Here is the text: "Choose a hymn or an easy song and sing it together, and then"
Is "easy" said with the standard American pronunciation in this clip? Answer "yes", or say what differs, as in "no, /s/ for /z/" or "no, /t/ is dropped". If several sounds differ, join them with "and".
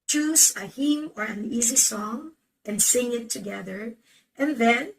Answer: yes